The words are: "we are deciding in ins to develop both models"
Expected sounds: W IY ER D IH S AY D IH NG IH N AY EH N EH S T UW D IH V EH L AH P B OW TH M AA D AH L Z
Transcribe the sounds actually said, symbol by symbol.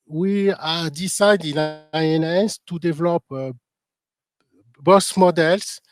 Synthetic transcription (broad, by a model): W IY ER D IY S AY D IH N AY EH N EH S T UW D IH V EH L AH P B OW S M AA D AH L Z